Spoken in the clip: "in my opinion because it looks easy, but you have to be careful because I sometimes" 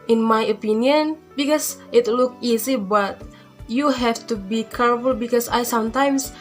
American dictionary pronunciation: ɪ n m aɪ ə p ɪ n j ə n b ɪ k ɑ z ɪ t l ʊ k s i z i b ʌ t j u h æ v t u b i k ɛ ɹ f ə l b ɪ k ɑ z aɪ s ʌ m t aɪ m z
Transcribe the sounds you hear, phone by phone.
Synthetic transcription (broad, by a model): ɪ n m aɪ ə p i n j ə n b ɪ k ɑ s ɪ t l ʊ k i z i b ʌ t j u h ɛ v t u b i k ɛ ɹ f ə l b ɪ k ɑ s aɪ s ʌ m t aɪ m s